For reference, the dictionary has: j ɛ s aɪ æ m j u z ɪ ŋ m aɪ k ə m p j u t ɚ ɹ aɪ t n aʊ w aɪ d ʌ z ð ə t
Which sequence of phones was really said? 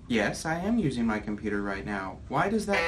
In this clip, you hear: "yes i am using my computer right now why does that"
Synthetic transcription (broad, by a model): j ɛ s aɪ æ m j u z ɪ ŋ m aɪ k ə m p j u t ɚ ɹ aɪ t n aʊ w aɪ d ʌ z ð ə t